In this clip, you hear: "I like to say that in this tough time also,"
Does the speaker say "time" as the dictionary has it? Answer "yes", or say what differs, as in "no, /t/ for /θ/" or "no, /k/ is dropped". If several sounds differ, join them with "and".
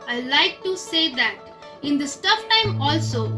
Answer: yes